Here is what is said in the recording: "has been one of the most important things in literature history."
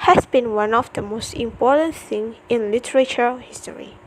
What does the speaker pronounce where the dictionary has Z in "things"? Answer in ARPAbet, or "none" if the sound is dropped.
none